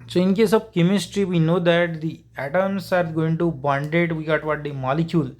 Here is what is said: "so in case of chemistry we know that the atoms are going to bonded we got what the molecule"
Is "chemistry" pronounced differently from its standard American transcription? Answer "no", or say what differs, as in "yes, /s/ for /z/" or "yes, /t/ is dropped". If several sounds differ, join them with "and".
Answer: no